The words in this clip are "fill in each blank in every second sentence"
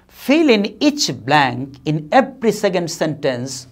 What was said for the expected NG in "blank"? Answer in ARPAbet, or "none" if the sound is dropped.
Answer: NG